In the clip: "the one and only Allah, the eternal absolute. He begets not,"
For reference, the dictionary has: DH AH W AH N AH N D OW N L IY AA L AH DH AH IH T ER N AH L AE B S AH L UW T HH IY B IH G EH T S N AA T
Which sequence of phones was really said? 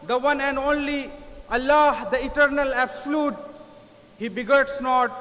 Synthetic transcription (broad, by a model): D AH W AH N AH N D OW N L IY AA L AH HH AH IH T ER N AH L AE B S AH L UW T HH IY B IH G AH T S N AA T